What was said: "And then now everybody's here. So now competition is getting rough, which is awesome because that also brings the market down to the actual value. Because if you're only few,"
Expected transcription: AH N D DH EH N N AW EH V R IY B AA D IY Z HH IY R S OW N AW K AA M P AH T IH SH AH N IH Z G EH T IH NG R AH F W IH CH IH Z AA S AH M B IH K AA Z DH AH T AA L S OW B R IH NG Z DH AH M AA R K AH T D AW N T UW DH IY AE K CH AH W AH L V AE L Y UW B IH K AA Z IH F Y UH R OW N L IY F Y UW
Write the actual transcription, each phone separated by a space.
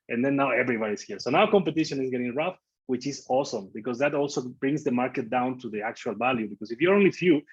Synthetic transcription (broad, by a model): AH N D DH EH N N AW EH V R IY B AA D IY S HH IY R S OW N AW K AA M P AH T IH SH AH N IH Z G EH T IH NG R AH F W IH CH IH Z AA S AH M B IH K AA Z DH AH T AA L S OW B R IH NG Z DH AH M AA R K AH T D AW N T UW DH IY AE K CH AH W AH L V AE L Y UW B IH K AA S IH F Y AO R OW N L IY F Y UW